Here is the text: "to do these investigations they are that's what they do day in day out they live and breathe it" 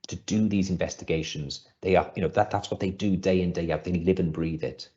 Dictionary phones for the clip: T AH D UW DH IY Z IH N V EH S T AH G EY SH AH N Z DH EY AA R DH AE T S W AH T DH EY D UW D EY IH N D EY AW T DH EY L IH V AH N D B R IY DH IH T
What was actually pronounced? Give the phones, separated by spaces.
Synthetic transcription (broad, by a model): T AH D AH DH IY Z IH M V EH S T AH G EY SH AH N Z DH EY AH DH DH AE T S W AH T DH EY D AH D EY IH N D EY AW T DH EY L IH V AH N B R IY DH IH T